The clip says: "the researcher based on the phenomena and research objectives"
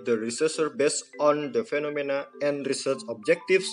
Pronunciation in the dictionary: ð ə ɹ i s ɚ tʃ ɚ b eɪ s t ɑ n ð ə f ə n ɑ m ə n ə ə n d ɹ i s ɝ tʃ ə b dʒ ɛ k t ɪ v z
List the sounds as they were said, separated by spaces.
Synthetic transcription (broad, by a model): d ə ɹ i s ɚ s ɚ b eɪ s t ɑ n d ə f ə n ɑ m ə n ə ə n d ɹ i s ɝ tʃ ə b dʒ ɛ k t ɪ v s